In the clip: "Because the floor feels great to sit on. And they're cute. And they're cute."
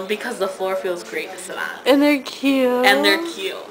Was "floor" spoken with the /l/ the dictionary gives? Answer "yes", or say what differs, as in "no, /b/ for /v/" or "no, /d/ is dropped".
yes